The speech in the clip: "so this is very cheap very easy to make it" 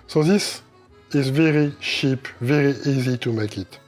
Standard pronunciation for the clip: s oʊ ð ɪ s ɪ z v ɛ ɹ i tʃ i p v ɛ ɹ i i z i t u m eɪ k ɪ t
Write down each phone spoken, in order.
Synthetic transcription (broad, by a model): s oʊ ð ɪ s ɪ z v ɛ ɹ i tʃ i p v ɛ ɹ i i z i t u m eɪ k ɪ t